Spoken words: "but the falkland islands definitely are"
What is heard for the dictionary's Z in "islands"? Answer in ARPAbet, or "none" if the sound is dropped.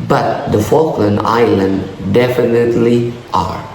none